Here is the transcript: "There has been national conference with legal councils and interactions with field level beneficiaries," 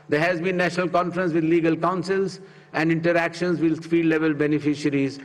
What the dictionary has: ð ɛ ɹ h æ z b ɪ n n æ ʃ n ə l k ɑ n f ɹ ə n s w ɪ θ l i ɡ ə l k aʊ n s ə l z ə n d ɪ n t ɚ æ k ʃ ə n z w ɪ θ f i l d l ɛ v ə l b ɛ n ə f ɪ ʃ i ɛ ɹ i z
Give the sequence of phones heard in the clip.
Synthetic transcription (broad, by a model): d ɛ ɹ h æ z b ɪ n n æ ʃ n ə l k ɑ n f ɹ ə n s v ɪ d l i ɡ ə l k aʊ n s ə l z ə n d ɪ n t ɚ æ k ʃ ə n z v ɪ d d i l l ɛ v ə l b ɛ n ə f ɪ ʃ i ɹ i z